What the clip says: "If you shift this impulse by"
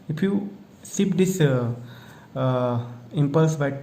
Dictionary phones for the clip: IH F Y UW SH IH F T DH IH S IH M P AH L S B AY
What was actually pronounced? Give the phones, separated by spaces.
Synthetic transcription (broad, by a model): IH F Y UW S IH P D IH S IH M P AH L S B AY